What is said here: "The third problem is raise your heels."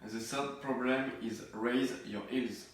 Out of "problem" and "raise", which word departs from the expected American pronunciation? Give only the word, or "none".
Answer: none